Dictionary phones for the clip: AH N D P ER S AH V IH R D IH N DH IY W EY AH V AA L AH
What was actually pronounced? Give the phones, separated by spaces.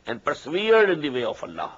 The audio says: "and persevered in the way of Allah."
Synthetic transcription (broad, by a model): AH N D P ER S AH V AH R D IH N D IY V EY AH F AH L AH